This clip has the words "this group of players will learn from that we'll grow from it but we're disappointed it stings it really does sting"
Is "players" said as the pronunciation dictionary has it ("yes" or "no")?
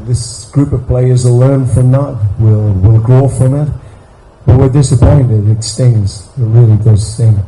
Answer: yes